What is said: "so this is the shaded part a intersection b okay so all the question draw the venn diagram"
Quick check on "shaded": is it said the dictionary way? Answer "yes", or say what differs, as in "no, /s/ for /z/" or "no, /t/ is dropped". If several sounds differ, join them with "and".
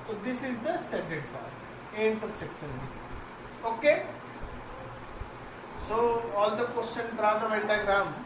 no, /s/ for /ʃ/